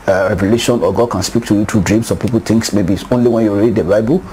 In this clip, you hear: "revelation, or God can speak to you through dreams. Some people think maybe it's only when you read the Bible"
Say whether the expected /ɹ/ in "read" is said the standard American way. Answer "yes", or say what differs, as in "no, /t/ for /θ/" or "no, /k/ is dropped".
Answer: yes